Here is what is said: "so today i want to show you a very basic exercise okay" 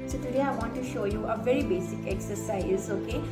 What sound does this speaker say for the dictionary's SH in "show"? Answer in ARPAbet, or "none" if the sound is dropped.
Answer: SH